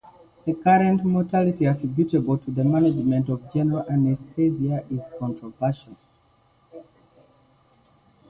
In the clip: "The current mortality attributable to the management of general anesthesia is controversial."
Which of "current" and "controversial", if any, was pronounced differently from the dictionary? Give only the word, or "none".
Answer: controversial